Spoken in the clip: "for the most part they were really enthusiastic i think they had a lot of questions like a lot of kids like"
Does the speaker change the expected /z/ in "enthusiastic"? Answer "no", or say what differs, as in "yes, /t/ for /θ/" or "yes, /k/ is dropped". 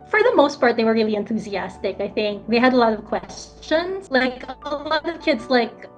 no